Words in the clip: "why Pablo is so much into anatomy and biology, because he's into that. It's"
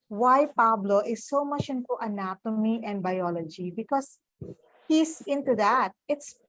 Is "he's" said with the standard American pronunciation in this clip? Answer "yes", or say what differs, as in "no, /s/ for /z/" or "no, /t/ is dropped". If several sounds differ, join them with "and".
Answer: no, /s/ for /z/